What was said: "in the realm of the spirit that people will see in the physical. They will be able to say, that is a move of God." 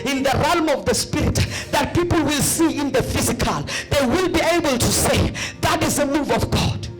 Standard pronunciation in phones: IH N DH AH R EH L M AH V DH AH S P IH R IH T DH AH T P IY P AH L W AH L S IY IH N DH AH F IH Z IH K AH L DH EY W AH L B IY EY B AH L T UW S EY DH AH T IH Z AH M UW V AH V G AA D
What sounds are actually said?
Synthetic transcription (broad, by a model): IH N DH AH R EH L M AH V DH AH S P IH R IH T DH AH T P IY P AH L W AH L S IY IH N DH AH F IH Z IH K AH L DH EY W AH L B IY EY B AH L T UW S EY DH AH T IH Z AH M UW V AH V G AA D